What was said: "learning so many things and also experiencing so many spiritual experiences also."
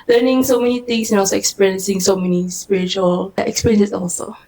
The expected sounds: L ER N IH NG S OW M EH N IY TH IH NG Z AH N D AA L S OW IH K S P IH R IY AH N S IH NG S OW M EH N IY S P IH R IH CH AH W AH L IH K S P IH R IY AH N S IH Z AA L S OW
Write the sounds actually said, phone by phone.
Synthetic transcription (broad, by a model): L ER N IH NG S OW M EH N IY T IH NG S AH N AA L S OW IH K S P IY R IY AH N S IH NG S OW M EH N IY S P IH R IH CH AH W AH L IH K S P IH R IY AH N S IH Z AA L S OW